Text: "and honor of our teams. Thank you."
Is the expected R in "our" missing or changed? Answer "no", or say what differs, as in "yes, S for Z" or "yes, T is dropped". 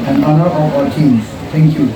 yes, L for R